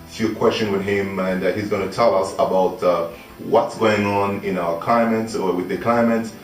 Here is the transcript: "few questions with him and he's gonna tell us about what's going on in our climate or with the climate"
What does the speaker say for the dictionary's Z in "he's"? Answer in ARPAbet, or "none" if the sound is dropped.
Z